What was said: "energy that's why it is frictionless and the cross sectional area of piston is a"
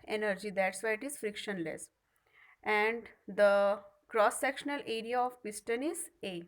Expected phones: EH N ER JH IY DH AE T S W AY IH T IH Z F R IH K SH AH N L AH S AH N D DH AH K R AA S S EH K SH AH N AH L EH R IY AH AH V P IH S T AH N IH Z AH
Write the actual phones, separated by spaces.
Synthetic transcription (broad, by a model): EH N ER JH IY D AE T S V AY IH T IH Z F R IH K SH AH N L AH S AH N D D AH K R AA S S EH K SH AH N AH L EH R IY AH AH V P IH S T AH N IH Z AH